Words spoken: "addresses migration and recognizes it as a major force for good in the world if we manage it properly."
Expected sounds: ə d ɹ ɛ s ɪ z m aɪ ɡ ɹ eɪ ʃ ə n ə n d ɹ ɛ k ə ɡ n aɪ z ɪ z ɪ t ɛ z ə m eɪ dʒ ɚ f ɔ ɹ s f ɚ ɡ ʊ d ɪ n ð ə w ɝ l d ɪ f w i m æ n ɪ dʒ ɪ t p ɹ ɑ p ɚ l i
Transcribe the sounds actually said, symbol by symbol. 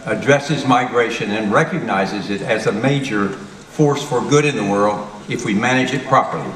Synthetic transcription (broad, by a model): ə d ɹ ɛ s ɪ z m aɪ ɡ ɹ eɪ ʃ ə n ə n ɹ ɛ k ə ɡ n aɪ z ɪ z ɪ t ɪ z ə m eɪ dʒ ɚ f ɔ ɹ s f ɚ ɡ ʊ d ɪ n ð ə w ɝ l d ɪ f w i m æ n ɪ dʒ ɪ t p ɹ ɑ p ɚ l i